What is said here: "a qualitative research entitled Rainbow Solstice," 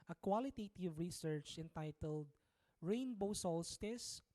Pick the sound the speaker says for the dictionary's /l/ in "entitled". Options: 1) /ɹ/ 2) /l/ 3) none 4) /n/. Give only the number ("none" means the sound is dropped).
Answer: 2